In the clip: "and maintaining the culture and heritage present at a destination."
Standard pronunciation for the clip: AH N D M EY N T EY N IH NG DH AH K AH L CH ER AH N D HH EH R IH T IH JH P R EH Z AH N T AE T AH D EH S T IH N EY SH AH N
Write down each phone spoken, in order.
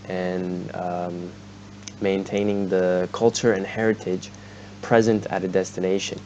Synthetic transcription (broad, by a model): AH N M EY N T EY N IH NG DH AH K AH L CH ER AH N HH EH R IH T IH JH P R EH Z AH N T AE T AH D EH S T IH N EY SH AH N